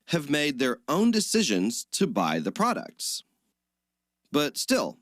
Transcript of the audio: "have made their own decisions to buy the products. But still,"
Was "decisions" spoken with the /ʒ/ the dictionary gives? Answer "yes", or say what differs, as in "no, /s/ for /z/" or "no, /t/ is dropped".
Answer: yes